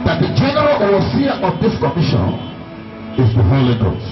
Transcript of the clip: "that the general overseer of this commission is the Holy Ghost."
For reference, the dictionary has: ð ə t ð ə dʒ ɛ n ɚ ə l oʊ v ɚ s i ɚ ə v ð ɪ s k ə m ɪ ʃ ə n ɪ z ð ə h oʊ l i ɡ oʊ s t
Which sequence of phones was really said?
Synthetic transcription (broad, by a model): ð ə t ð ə dʒ ɛ n ɚ ə l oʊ ɚ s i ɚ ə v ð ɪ s k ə m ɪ ʃ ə n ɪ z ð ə h oʊ l i ɡ oʊ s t